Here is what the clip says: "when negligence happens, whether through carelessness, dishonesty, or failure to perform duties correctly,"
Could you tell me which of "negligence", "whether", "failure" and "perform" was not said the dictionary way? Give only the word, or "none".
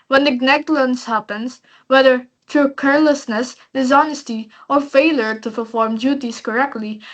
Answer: negligence